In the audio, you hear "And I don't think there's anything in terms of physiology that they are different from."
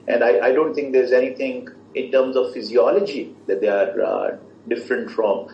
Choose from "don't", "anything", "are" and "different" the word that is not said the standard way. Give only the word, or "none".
anything